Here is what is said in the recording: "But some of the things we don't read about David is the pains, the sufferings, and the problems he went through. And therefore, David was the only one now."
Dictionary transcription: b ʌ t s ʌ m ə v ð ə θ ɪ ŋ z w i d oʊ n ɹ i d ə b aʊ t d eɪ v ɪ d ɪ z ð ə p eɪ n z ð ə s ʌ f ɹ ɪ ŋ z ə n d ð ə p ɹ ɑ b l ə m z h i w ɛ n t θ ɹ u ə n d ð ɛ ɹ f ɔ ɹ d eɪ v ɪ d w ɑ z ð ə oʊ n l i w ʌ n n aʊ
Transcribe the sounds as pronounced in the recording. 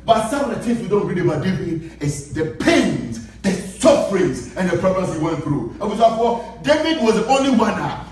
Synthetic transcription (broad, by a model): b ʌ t s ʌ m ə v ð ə t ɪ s w i d oʊ n ɹ i d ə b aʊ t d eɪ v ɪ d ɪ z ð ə p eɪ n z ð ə s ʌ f ɹ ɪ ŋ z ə n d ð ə p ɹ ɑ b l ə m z h i w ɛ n θ ɹ u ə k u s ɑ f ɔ d eɪ v ɪ d w ɑ z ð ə oʊ n l i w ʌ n n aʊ